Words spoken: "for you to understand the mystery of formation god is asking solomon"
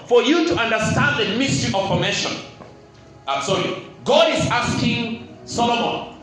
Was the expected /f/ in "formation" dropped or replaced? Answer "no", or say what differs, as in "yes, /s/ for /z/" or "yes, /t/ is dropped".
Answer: yes, /p/ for /f/